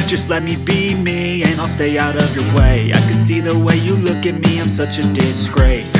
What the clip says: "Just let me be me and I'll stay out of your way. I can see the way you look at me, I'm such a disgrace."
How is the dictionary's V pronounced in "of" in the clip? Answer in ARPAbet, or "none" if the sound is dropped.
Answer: V